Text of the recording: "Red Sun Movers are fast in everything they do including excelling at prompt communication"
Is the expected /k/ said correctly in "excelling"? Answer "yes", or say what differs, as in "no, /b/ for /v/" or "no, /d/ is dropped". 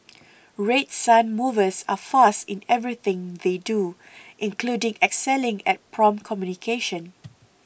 yes